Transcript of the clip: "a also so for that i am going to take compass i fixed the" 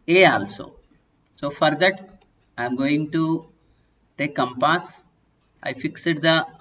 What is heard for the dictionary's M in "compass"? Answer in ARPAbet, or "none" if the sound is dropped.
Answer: M